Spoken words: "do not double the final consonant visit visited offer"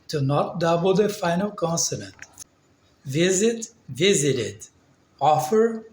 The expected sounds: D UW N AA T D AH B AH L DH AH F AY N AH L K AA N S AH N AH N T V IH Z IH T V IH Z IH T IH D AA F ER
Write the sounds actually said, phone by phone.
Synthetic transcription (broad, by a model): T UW N AA T D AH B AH L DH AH F AY N AH L K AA N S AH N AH N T V IH Z IH T V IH Z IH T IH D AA F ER